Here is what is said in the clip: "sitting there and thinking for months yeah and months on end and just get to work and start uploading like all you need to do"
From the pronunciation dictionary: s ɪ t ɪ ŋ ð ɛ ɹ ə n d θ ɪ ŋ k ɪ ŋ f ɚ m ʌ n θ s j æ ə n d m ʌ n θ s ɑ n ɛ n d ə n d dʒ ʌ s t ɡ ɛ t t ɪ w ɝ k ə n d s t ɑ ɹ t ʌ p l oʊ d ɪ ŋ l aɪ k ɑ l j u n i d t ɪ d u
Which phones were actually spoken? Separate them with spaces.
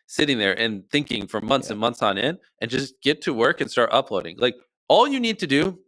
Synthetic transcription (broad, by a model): s ɪ t ɪ ŋ ð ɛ ɹ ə n θ ɪ ŋ k ɪ ŋ f ɚ m ʌ n θ s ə n m ʌ n θ s ɑ n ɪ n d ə n dʒ ʌ s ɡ ɛ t t ɪ w ɝ k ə n s t ɑ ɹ t ʌ p l oʊ d ɪ ŋ l aɪ k ɑ l j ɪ n i d t ɪ d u